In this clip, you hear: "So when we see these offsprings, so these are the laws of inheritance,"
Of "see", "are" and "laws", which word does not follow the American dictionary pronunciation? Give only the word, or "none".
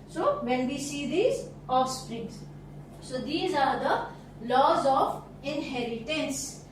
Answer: none